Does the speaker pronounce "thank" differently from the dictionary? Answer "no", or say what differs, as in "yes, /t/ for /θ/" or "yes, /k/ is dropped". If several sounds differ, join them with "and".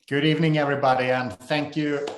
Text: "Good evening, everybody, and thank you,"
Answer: no